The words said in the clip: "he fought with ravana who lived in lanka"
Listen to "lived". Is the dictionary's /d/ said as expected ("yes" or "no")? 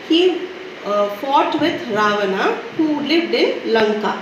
yes